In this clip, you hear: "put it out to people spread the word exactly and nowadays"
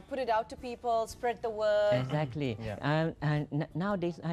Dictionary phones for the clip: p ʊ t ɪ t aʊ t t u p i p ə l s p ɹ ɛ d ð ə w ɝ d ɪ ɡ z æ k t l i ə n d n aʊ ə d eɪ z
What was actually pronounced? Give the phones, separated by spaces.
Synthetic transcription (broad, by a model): p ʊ t ɪ t aʊ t t u p i p ə l s p ɹ ɛ d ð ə w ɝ ɪ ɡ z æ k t l i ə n n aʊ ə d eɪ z